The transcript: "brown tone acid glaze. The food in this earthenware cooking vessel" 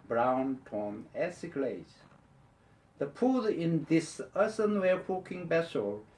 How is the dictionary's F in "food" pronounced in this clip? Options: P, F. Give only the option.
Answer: P